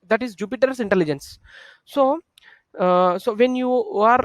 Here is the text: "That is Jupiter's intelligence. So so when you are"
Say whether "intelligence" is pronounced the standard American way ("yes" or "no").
yes